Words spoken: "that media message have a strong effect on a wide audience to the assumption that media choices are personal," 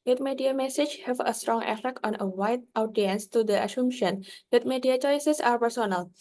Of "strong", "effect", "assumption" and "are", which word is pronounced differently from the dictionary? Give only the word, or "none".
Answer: assumption